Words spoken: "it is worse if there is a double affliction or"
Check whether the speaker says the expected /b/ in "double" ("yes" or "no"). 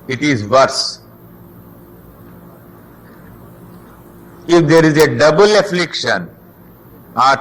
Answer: yes